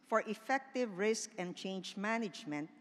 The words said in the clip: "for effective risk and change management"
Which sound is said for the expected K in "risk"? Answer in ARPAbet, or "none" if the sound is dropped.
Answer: K